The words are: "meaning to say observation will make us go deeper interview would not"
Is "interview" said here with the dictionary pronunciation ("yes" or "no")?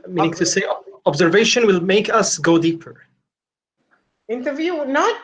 yes